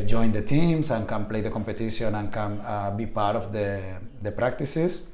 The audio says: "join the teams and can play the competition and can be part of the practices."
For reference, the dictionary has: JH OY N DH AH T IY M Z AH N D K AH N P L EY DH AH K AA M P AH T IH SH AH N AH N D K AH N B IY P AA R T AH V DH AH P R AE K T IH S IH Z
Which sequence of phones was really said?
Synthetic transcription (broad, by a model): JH OY N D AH T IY M S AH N K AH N P L EY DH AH K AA M P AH T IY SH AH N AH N K AH N B IY P AA R T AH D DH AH P R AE K T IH S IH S